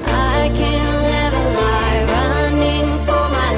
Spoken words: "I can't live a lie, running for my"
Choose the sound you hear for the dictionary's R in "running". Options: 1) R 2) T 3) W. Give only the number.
1